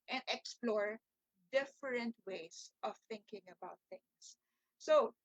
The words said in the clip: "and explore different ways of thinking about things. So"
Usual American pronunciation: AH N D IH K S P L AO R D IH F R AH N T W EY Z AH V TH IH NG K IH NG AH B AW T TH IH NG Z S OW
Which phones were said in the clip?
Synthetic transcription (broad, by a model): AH N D IH K S P L AO R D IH F R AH N T W EY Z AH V TH IH NG K IH NG AH B AW T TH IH NG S S OW